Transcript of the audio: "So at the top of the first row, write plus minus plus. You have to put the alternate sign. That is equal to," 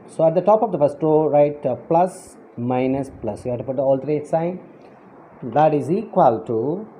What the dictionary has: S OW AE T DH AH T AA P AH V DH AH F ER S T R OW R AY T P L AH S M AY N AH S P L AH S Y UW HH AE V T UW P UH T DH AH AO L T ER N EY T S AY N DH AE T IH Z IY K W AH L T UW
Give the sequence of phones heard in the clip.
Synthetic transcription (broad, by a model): S OW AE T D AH T AA P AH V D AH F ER S T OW R AY T P L AH S M AY N AH S P L AH S Y UW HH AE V T UW P UH T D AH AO L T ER EY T S AY N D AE T IH Z IY K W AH L T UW